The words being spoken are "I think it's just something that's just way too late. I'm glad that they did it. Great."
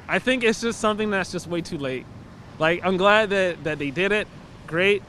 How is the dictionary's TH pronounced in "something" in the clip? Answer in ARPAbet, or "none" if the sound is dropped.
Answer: TH